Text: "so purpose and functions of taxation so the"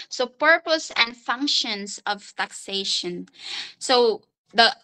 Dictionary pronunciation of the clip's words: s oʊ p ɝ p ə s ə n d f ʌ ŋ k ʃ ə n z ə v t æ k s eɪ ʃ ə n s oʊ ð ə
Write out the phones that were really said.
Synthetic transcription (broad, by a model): s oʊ p ɝ p ə s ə n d f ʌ ŋ k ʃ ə n s ə v t æ k s eɪ ʃ ə n s oʊ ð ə